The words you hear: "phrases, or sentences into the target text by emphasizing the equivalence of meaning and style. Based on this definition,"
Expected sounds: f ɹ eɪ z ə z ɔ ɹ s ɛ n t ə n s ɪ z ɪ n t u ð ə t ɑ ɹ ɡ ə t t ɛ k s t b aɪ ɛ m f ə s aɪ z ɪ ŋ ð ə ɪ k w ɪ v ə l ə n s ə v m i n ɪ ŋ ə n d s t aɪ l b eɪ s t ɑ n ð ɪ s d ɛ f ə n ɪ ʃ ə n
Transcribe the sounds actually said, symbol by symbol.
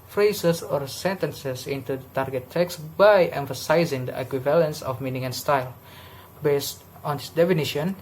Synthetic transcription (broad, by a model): f ɹ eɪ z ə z ɔ ɹ s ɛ n t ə n s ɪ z ɪ n t u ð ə t ɑ ɹ ɡ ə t t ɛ k s b aɪ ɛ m f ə s aɪ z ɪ ŋ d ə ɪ k w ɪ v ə l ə n s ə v m i n ɪ ŋ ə n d s t aɪ l b eɪ s t ɑ n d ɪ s d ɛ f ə n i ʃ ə n